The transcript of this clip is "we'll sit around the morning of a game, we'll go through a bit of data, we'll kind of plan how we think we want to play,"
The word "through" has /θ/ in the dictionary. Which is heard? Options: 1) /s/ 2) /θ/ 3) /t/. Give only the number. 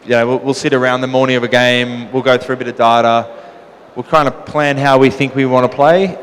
2